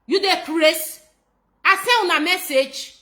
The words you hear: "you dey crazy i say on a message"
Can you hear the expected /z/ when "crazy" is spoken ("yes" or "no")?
no